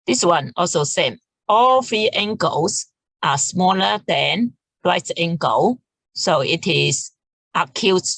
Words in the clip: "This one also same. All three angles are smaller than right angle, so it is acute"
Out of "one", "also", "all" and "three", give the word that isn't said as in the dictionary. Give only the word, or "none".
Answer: three